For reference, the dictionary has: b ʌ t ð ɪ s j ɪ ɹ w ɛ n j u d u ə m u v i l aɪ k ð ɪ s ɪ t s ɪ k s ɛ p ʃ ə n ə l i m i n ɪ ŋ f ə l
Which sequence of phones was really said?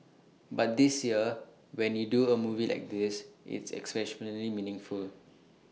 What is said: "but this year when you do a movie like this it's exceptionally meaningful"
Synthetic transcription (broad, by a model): b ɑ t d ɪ s j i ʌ w ɛ n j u d u ə m u v i l aɪ k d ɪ s ɪ t s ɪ k s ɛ ʃ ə n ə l i m i n ɪ ŋ f ə l